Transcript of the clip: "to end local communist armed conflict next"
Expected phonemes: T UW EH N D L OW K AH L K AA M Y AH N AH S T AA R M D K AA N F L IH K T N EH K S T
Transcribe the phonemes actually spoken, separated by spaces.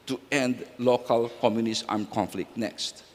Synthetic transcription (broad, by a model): T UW EH N D L OW K AH L K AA M Y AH N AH S AA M K AA N F L IH K T N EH K S T